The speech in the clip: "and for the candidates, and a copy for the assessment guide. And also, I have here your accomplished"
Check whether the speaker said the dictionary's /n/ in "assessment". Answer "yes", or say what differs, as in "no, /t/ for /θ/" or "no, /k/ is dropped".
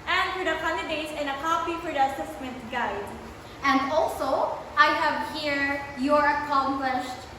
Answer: no, /n/ is dropped